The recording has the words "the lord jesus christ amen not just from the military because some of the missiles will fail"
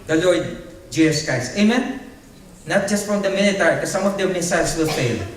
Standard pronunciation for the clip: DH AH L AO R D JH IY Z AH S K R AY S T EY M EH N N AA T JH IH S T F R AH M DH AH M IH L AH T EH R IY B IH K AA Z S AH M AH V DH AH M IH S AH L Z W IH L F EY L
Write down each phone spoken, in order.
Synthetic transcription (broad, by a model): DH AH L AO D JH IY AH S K AY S EY M EH N N AA T JH IH S T F R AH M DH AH M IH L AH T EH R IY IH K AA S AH M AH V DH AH M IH S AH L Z W IH L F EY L